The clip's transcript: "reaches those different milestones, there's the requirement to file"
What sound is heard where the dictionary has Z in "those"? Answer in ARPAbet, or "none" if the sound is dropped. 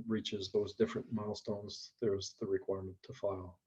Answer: Z